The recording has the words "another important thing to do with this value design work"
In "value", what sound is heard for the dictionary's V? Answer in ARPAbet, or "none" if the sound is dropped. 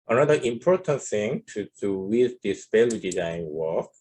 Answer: P